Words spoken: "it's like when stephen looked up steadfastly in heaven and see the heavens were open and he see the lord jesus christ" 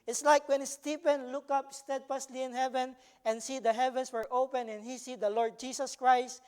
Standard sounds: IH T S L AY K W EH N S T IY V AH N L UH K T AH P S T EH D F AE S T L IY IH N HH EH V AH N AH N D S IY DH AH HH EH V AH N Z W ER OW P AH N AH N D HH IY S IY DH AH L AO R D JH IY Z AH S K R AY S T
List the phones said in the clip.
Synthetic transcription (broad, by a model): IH T S L AY K W EH N S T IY P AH N L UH K AH P S T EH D F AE S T L IY IH N HH EH V AH N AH N S IY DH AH HH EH V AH N S W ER OW P AH N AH N HH IY S IY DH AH L AO R D JH IY S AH S K R AY S T